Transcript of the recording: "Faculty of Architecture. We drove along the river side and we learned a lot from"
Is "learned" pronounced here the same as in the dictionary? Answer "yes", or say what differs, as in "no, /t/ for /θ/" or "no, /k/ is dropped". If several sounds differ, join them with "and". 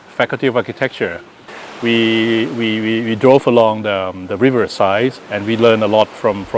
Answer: no, /d/ is dropped